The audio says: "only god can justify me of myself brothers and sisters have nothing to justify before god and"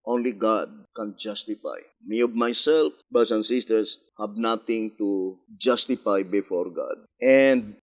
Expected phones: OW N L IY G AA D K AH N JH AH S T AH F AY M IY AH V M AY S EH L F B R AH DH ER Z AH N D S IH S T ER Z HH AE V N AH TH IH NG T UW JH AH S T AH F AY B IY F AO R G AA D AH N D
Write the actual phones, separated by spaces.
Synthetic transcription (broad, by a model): OW N L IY G AA D K AH N JH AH S T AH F AY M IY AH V M AY S EH L F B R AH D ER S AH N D S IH S T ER S HH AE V N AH T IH NG T UW JH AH S T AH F AY B IY F AO R G AA D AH N D